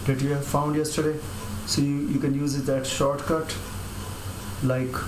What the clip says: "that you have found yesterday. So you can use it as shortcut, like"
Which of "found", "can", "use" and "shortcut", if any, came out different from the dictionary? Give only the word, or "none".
none